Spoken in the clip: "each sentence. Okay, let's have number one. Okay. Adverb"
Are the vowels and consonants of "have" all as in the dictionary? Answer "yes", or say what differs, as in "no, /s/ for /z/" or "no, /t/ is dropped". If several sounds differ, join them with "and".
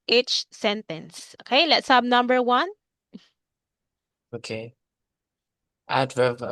no, /b/ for /v/